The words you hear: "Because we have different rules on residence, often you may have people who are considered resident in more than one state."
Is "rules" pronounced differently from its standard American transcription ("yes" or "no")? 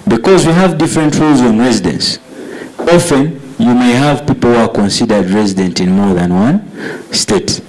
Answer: no